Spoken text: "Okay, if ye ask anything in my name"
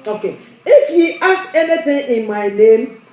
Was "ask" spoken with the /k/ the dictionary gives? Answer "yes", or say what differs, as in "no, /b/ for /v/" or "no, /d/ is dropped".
no, /k/ is dropped